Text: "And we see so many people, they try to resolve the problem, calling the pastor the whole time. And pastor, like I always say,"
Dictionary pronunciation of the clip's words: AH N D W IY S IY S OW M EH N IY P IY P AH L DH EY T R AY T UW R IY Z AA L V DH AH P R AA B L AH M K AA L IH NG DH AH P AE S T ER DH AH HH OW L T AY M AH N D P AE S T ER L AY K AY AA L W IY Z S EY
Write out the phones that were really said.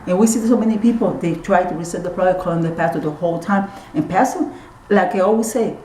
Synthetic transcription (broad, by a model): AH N W IY S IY S OW M EH N IY P IY P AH L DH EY T R AY T UW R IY S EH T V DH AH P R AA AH K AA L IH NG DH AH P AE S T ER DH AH HH OW L T AY M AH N P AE S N L AY K AY AA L W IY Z S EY